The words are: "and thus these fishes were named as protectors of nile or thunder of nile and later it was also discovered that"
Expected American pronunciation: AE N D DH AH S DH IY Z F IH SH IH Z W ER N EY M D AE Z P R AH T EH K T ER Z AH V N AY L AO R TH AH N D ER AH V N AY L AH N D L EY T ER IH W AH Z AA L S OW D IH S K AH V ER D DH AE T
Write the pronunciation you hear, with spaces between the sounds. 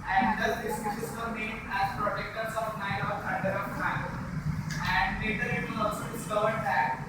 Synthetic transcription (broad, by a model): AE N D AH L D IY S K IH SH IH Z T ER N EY M AE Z P R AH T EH K T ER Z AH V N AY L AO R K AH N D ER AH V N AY AH N D L EY T ER IH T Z AA L S OW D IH S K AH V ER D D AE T